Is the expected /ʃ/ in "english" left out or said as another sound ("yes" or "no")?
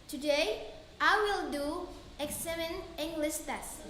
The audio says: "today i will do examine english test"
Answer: yes